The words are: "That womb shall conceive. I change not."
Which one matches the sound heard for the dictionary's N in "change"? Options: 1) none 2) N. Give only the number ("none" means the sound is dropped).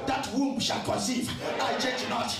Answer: 1